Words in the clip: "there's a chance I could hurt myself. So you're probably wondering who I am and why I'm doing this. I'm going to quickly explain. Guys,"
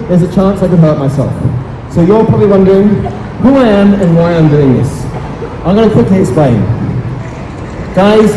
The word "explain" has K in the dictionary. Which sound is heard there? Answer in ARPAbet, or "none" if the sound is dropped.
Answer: none